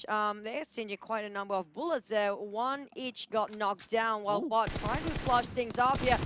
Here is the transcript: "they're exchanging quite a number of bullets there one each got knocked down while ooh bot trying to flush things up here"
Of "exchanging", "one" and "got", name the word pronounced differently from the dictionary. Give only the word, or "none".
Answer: exchanging